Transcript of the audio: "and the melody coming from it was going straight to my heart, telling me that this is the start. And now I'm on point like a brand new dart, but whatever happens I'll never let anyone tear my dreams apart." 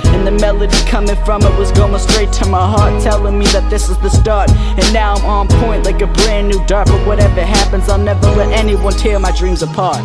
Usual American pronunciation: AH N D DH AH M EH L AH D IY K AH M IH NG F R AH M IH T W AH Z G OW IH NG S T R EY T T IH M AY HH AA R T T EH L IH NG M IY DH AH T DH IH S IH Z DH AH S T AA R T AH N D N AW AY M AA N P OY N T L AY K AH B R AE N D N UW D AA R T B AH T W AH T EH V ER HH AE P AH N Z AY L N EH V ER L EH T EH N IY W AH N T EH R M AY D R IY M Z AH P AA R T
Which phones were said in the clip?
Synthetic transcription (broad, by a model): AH N DH AH M EH L AH D IY K AH M IH NG F R AH M IH T W AH Z G OW IH NG S T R EY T T IH M AY HH AA R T T EH L IH NG M IY DH AH T DH IH S IH Z DH AH S T AA R T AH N N AW AY M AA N P OY N T L AY K AH B R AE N N UW D AA R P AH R W AH T EH V ER HH AE P AH N Z AY N EH V ER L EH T EH N IY W AH N T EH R M AY D R IY M Z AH P AA R T